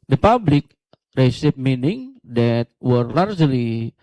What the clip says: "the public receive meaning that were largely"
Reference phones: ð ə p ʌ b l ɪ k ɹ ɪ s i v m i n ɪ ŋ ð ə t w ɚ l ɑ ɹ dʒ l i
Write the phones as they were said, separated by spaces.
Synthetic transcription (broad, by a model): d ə p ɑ b l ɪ k ɹ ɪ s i p m i n ɪ ŋ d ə t w ɚ l ɑ ɹ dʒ l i